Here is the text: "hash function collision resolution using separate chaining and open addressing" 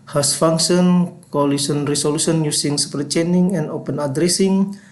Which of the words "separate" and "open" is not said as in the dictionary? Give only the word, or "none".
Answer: separate